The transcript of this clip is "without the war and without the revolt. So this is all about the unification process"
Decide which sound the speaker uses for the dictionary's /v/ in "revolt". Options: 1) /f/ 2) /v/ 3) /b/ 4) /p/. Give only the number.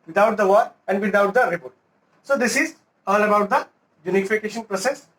4